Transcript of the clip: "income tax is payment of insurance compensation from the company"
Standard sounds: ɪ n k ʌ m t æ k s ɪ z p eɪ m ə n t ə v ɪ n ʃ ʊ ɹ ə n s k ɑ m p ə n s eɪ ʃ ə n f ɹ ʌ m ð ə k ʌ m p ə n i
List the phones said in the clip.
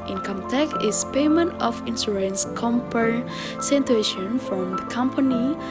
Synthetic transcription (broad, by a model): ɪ n k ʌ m t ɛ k ɪ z p eɪ m ə n t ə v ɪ n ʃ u ɹ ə n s k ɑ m p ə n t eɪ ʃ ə n f ɹ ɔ m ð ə k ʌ m p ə n i